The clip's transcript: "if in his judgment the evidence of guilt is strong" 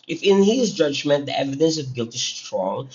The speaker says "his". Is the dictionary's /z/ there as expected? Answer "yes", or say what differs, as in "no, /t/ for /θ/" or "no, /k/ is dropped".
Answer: yes